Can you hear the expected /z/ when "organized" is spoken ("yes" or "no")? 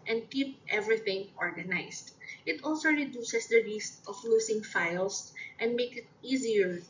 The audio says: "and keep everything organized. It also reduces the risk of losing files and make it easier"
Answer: no